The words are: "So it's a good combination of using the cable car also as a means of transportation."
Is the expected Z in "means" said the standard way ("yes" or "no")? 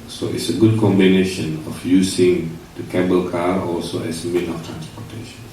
no